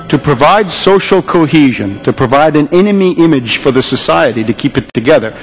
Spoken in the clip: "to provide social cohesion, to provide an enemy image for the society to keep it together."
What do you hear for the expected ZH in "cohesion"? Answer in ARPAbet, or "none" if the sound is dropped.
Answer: ZH